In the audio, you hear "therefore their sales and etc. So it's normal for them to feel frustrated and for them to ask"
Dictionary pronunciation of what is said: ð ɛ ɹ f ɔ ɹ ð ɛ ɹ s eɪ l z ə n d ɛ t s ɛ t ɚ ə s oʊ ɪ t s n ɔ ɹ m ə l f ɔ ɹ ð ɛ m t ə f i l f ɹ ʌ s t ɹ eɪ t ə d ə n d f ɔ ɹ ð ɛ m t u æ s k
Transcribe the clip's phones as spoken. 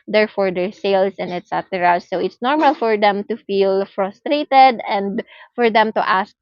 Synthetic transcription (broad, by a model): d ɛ ɹ f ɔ ɹ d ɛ ɹ s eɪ l s ə n d ɛ t s ɛ t ɚ ə s oʊ ɪ t s n ɔ ɹ m ə l f ɔ ɹ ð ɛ m t ə f i l f ɹ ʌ s t ɹ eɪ t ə d ə n d f ɔ ɹ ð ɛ m t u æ s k